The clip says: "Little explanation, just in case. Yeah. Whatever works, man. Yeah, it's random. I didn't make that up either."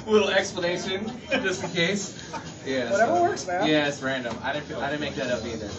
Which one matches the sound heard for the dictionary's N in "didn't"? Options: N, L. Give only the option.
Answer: L